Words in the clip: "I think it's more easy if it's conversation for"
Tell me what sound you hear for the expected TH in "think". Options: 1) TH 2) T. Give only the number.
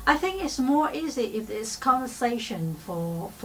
1